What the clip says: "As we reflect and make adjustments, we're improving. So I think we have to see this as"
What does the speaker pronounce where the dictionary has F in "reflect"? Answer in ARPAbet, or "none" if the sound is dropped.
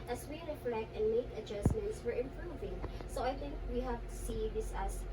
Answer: F